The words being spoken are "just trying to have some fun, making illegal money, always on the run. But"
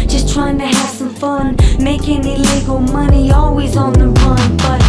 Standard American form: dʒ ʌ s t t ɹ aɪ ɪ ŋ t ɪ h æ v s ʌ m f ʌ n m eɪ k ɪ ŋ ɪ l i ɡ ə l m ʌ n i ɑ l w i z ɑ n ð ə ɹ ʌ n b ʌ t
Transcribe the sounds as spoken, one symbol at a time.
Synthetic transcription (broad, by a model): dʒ ʌ s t t ɹ aɪ ɪ ŋ t ɪ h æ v s ʌ m f ʌ n m eɪ k ɪ ŋ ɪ l i ɡ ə l m ʌ n i ɑ l w i z n ð ə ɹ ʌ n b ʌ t